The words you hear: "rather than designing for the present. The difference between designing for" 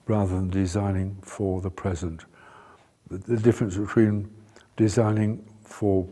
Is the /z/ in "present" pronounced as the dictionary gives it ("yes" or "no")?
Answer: yes